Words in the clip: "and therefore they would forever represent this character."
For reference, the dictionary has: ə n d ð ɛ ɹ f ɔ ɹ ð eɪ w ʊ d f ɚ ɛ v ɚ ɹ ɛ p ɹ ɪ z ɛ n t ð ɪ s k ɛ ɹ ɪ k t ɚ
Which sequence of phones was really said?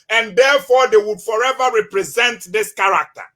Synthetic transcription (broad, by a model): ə n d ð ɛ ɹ f ɔ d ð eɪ w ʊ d f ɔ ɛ v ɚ ɹ ɛ p ɹ ɪ z ɛ n t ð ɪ s k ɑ ɹ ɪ k t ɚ